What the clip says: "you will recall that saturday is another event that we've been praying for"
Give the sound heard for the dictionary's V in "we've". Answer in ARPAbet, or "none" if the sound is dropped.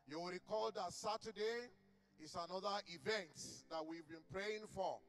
V